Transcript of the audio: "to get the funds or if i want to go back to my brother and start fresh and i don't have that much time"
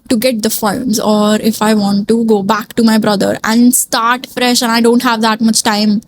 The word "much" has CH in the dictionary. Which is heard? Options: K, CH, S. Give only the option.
CH